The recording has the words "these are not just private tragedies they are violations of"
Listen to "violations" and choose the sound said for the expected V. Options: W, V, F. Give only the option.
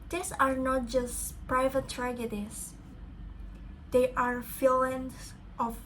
F